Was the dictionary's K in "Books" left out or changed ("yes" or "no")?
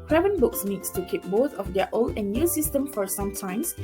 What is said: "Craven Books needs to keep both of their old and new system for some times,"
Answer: no